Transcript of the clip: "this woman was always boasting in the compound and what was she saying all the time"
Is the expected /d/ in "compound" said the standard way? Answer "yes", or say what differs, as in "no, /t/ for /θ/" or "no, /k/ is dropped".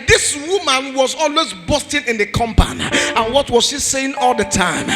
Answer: no, /d/ is dropped